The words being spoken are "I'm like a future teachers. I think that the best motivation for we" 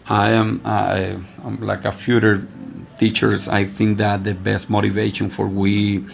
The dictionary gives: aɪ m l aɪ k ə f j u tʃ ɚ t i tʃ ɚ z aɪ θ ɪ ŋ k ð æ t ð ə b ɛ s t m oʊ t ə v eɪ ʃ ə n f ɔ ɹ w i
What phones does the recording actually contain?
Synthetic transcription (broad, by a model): aɪ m l aɪ k ə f j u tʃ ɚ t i tʃ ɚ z aɪ θ ɪ ŋ k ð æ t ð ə b ɛ s t m oʊ t ə v eɪ ʃ ə n f ɔ ɹ w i